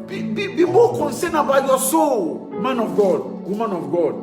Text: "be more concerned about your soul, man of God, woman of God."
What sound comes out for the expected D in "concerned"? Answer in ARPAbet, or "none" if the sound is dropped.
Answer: none